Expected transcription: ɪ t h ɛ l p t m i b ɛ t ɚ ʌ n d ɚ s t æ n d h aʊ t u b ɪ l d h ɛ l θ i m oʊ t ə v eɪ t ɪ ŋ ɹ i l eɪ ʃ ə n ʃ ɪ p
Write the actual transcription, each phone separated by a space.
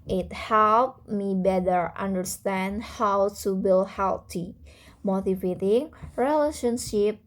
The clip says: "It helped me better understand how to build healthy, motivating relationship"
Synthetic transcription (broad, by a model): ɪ t h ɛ l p m i b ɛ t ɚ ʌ n d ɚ s t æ n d h aʊ t u b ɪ l h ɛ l t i m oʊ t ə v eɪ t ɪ ŋ ɹ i l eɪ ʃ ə n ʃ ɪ p